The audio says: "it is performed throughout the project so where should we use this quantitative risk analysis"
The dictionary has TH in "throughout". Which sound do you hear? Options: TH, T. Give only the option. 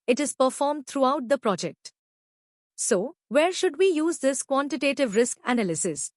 T